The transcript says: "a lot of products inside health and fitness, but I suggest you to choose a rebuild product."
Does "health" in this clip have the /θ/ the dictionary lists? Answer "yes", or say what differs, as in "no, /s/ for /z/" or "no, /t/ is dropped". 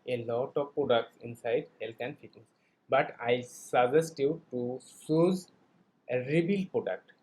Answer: no, /t/ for /θ/